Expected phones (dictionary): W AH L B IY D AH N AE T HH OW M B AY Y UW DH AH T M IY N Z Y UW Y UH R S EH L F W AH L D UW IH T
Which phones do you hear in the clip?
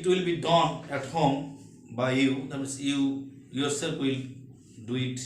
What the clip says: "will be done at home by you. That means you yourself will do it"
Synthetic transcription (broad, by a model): W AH L B IY D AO N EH T HH OW M B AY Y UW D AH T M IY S Y UW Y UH R S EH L P W AH L D UW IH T